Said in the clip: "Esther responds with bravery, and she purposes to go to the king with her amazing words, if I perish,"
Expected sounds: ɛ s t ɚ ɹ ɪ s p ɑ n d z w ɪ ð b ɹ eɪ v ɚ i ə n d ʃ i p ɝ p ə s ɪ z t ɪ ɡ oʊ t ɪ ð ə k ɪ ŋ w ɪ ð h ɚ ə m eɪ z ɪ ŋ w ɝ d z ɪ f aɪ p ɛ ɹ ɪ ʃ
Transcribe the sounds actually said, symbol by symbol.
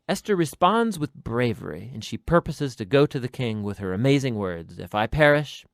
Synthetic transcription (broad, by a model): ɛ s t ɚ ɹ ɪ s p ɑ n d z w ɪ ð b ɹ eɪ v ɚ i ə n ʃ i p ɝ p ə s ɪ z t ɪ ɡ oʊ t ɪ ð ə k ɪ ŋ w ɪ ð ɚ ə m eɪ z ɪ ŋ w ɝ d z ɪ f aɪ p ɛ ɹ ɪ ʃ